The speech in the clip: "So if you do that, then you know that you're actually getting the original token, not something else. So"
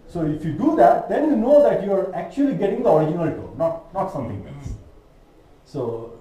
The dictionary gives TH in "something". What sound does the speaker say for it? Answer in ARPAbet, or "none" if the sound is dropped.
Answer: T